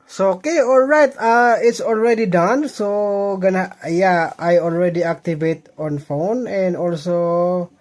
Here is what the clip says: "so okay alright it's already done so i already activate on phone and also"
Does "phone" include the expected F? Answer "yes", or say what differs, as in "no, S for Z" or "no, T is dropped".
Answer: yes